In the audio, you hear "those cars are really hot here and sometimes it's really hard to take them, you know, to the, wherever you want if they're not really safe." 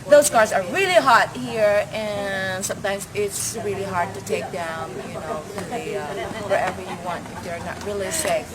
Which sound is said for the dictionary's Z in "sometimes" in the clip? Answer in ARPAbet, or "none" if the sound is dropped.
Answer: Z